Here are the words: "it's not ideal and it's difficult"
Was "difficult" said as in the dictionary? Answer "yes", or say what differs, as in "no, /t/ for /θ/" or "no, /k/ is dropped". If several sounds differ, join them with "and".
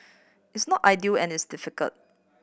yes